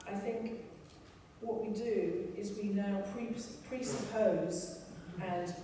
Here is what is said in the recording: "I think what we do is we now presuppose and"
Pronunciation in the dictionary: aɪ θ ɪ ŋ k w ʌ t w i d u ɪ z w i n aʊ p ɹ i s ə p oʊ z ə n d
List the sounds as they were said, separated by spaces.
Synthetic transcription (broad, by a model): aɪ θ ɪ ŋ k w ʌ t w i d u ɪ z w i n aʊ p ɹ i s ə p oʊ z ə n